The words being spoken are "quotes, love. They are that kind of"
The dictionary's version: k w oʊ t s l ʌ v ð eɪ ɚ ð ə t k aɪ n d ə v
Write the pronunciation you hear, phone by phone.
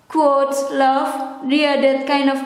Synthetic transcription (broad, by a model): k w oʊ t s l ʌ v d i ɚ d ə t k aɪ n d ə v